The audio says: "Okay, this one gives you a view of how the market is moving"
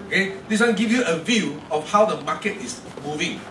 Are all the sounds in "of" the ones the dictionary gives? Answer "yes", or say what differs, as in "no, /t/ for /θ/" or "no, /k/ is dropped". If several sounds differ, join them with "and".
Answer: no, /f/ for /v/